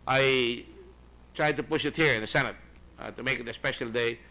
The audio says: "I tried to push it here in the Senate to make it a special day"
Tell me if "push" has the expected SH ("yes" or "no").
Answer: yes